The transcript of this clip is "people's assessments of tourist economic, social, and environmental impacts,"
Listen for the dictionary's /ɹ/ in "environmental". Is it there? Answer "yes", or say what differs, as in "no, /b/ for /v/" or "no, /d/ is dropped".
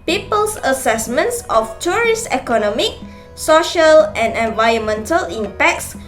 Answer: no, /ɹ/ is dropped